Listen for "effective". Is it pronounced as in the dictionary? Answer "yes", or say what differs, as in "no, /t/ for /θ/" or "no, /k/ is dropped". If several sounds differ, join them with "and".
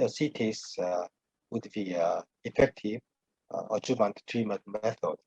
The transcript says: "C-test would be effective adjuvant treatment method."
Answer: no, /v/ is dropped